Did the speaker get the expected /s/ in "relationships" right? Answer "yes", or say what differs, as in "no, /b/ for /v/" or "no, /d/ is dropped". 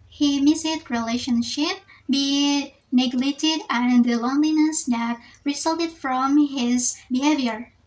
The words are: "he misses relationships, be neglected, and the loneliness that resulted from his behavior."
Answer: no, /s/ is dropped